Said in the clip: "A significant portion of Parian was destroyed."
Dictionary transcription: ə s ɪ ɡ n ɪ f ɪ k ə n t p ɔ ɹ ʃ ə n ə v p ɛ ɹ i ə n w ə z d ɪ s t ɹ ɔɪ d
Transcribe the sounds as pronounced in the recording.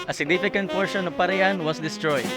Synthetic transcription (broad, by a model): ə s ɪ ɡ n ɪ f ɪ k ə n t p ɔ ɹ ʃ ə n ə p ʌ ɹ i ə n w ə s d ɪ s t ɹ ɔɪ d